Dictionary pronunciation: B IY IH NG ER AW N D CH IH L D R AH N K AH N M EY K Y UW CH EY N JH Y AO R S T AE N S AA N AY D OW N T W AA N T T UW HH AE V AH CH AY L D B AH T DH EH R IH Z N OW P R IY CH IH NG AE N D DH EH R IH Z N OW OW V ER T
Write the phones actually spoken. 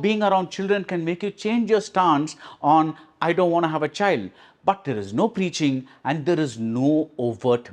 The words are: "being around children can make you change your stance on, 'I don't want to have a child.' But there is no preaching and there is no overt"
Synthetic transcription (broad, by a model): B IY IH NG ER AW N D CH IH L D R AH N K AH N M EY K Y UW CH EY N JH Y AO R S T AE N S AA N AY D OW N T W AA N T T UW HH AE V AH CH AY L D B AH T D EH R IH Z N OW P R IY CH IH NG AE N D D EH R IH Z N OW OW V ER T